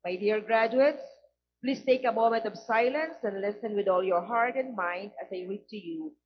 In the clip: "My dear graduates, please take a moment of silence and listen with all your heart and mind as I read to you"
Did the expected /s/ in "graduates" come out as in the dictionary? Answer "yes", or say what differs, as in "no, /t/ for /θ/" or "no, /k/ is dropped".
yes